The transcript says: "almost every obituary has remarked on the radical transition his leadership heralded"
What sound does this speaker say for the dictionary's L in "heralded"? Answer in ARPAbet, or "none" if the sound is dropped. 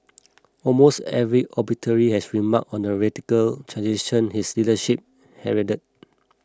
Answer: none